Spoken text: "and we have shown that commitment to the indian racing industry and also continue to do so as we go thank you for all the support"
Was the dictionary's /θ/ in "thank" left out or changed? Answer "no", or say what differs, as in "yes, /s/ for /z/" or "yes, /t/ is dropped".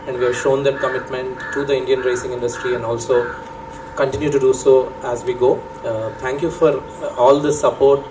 yes, /t/ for /θ/